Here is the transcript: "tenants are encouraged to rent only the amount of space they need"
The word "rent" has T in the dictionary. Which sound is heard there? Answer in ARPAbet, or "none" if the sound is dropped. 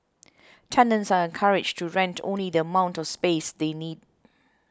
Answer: T